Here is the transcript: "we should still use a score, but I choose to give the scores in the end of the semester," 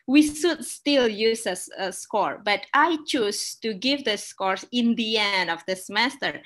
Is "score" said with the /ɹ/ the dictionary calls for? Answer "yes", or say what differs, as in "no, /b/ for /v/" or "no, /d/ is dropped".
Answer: yes